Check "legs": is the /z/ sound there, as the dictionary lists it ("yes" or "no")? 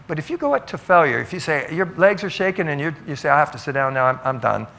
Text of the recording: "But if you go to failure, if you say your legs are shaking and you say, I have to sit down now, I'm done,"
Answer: yes